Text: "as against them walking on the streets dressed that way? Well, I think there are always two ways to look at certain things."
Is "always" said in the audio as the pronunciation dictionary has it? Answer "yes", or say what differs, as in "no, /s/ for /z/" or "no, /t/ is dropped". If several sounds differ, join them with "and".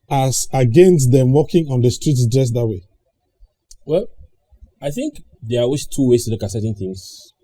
no, /l/ is dropped